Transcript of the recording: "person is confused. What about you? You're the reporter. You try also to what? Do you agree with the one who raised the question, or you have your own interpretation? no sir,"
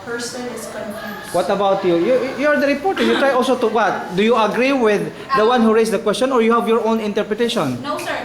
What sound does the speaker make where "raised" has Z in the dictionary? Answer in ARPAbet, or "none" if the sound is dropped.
S